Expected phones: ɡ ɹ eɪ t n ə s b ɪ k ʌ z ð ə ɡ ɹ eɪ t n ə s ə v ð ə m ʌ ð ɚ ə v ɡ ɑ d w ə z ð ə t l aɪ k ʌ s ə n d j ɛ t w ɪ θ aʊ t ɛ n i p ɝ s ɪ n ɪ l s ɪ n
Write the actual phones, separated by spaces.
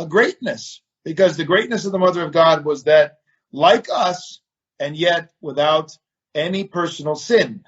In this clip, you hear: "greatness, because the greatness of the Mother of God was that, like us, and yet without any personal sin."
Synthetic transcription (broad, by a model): ɡ ɹ eɪ t n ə s b ɪ k ʌ z ð ə ɡ ɹ eɪ t n ə s ə v ð ə m ʌ ð ɚ ə v ɡ ɑ d w ə z ð ə t l aɪ k ʌ s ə n j ɛ t w ɪ θ aʊ t ɛ n i p ɝ s n l s ɪ n